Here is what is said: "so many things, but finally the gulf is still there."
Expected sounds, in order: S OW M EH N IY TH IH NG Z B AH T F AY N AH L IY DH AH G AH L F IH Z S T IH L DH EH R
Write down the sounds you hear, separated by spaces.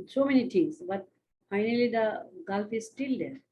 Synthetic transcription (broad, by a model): S OW M EH N IY T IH NG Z B AH T F AY N AH L IY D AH G AH L F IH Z S T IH L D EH R